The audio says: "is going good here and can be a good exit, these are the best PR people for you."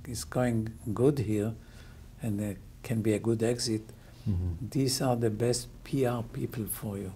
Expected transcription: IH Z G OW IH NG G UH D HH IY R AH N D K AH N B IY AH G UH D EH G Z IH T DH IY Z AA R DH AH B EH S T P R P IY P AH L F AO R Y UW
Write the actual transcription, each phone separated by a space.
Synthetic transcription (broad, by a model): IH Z G OW IH NG G UH D HH IY R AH N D K AH N B IY AH G UH D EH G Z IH T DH IY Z AA R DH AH B EH S T P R P IY P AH L F AO R Y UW